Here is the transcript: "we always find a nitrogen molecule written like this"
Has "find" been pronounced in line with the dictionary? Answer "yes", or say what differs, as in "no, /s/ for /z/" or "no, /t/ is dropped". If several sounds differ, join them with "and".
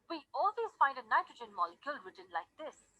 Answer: yes